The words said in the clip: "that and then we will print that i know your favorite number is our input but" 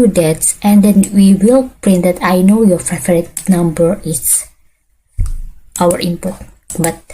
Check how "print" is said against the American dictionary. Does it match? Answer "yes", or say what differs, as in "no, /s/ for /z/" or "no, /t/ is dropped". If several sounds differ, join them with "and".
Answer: yes